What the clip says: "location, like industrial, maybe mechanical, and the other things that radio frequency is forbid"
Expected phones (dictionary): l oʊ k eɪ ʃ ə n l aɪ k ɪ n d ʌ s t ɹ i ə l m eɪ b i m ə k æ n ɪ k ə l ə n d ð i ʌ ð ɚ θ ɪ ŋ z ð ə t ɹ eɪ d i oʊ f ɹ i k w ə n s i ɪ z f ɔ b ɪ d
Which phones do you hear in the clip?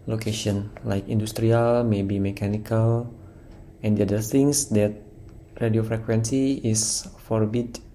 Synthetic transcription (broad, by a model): l oʊ k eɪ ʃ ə n l aɪ k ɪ n d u s t ɹ i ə l m eɪ b i m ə k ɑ n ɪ k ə l ə n d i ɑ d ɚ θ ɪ ŋ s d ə t ɹ eɪ d i oʊ f ɹ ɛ k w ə n s i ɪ s f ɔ b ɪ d